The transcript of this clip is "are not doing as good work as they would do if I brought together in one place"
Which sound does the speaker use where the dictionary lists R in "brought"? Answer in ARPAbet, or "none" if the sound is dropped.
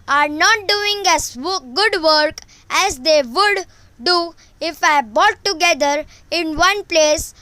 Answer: none